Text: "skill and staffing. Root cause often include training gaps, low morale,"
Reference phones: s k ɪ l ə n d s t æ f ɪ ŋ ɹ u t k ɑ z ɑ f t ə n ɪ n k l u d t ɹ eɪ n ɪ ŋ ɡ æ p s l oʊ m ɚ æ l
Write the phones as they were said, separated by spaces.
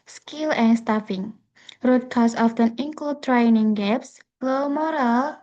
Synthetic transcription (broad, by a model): s k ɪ l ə n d s t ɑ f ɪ ŋ ɹ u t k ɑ s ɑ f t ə n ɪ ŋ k u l t ɹ eɪ n ɪ ŋ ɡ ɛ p s l oʊ m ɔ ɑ l